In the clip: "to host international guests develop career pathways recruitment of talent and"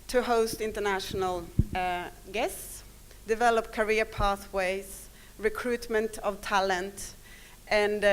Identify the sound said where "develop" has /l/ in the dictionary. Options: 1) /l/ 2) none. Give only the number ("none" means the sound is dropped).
1